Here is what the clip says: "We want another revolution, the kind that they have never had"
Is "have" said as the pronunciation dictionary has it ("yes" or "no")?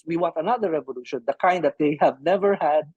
yes